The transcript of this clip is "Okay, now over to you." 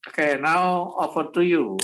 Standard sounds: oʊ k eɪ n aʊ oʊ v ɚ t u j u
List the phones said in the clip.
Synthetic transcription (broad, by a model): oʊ k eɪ n aʊ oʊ f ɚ t u j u